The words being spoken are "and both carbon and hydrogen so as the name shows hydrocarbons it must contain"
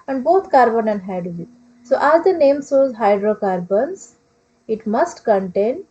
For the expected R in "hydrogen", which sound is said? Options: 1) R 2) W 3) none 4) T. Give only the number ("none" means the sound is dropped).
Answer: 3